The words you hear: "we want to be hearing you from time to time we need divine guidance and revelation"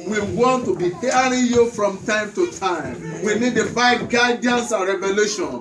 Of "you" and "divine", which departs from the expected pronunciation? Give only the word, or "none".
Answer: divine